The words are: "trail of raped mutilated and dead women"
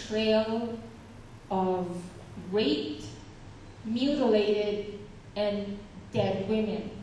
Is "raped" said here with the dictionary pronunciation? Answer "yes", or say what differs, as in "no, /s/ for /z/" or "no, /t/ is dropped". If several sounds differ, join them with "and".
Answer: no, /p/ is dropped